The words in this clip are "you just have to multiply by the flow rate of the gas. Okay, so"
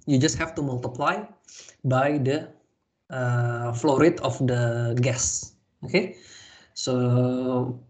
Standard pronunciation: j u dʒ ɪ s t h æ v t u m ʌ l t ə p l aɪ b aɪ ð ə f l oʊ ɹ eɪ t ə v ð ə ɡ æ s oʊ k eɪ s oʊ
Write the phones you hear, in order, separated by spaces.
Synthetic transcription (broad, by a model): j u dʒ ɪ s t h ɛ f t u m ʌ l t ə p l aɪ b aɪ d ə f l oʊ ɹ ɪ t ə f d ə ɡ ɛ s oʊ k eɪ s oʊ